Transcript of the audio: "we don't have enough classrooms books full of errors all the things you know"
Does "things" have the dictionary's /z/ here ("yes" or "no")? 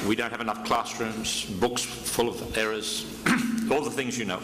yes